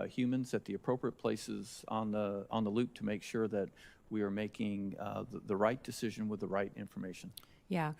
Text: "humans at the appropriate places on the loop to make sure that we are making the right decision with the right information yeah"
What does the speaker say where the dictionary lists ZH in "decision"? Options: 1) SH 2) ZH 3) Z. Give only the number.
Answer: 2